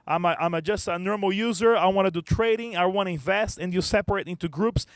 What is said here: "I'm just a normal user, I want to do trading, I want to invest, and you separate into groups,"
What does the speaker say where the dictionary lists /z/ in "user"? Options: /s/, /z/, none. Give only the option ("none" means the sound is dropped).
/z/